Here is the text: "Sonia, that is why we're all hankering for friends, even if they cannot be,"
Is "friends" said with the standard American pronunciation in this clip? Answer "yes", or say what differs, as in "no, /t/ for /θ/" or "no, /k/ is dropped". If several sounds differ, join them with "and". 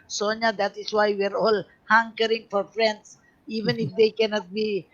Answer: no, /s/ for /z/